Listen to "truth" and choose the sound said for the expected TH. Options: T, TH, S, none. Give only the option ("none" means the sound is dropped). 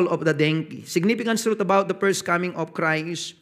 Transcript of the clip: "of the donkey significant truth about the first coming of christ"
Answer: T